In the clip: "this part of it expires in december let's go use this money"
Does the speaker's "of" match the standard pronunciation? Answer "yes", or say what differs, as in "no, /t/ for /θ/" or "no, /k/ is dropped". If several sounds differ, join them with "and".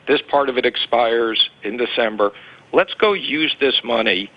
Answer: yes